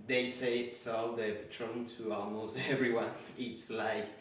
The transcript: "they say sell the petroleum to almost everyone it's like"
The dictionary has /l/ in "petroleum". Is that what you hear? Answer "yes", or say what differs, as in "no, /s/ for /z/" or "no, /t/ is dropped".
no, /l/ is dropped